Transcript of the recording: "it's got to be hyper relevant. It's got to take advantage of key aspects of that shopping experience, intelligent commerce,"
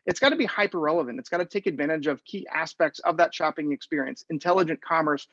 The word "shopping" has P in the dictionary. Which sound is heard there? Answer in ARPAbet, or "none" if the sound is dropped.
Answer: P